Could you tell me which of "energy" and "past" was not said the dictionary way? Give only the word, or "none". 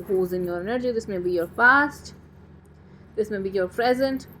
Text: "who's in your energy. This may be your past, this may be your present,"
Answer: past